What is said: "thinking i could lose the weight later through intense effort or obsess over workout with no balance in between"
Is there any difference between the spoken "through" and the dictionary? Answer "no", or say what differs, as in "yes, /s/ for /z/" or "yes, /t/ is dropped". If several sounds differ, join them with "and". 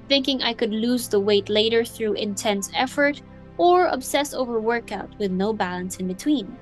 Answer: no